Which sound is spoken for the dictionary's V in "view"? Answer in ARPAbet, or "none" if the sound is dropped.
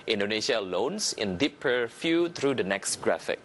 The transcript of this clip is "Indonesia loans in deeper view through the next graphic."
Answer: F